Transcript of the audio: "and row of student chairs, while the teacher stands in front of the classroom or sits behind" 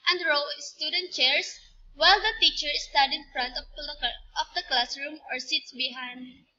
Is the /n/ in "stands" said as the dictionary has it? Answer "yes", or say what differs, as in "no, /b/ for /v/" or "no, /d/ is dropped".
no, /n/ is dropped